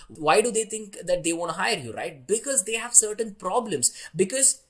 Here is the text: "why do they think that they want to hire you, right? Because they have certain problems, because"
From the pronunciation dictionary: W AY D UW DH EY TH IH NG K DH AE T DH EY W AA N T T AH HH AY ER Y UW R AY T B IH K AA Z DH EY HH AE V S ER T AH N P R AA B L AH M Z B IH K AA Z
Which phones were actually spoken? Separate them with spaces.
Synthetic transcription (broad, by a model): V AY D UW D EY T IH NG K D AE T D EY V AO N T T HH AY ER Y UW R AY T B IH K AA Z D EY HH AE V S ER T AH N P R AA B L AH M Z B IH K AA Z